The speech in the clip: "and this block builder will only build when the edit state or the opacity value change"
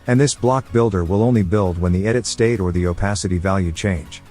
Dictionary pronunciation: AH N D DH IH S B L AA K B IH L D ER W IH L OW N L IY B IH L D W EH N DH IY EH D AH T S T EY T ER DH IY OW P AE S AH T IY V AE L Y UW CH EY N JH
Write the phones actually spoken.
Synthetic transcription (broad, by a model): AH N DH IH S B L AA K B IH L D ER W IH L OW N L IY B IH L D W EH N DH IY EH D AH T S T EY T ER DH IY OW P AE S AH T IY V AE L Y UW CH EY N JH